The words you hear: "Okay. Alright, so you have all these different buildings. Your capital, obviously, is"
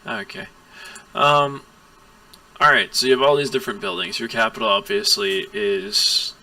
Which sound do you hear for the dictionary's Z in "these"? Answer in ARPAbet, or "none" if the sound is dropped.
Z